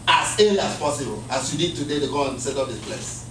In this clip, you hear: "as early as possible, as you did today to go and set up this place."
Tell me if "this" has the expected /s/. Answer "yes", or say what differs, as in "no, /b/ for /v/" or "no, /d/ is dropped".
no, /s/ is dropped